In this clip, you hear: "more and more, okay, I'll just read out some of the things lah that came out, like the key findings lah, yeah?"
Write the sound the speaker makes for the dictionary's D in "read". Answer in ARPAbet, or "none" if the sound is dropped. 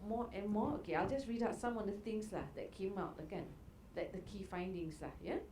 D